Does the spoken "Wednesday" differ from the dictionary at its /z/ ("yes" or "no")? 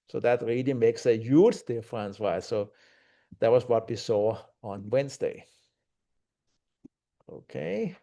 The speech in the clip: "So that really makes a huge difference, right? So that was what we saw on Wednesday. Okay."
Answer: yes